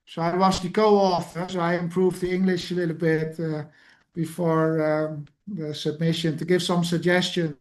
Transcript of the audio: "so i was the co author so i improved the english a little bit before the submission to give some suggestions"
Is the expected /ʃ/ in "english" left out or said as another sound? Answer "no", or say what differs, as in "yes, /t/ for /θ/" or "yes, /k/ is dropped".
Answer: no